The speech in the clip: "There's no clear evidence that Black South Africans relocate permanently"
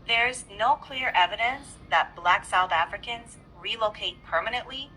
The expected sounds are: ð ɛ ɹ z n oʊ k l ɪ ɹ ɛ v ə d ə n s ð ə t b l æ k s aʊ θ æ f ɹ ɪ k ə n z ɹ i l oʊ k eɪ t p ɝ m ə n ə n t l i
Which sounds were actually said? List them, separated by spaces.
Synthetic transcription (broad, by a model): ð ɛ ɹ z n oʊ k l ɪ ɹ ɛ v ə d ə n s ð ə t b l æ k s aʊ θ æ f ɹ ɪ k ə n z ɹ i l oʊ k eɪ t p ɝ m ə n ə n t l i